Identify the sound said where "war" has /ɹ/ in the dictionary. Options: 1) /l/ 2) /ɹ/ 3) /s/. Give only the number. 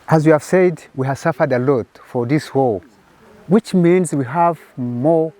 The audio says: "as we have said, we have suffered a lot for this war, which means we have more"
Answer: 1